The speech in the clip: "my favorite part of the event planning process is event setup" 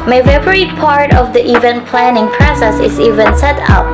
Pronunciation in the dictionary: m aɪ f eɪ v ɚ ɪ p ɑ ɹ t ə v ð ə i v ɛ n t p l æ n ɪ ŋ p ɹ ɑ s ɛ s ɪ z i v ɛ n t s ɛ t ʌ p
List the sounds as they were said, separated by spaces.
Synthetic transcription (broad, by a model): m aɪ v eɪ p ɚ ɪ p ɑ ɹ t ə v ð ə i v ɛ n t p l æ n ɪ ŋ p ɹ ɑ s ɛ s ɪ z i v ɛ n s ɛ t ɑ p